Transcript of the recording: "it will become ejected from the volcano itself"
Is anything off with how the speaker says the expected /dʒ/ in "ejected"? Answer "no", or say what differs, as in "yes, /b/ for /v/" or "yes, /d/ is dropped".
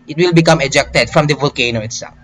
no